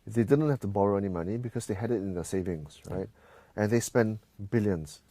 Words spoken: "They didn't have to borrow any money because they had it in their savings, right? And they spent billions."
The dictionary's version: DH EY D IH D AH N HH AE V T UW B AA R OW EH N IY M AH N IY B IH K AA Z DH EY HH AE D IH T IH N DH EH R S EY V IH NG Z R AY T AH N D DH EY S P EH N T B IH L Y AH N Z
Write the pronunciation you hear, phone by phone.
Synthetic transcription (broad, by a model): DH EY D IH D AH N HH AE F T UW B AA R OW EH N IY M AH N IY B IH K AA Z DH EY HH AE D IH T IH N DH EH S EY V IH NG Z R AY T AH N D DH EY S P EH N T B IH L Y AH N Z